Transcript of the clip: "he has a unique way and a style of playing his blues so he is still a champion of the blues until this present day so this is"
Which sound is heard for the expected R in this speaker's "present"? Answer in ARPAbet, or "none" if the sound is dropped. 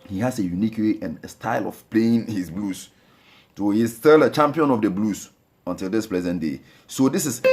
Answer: L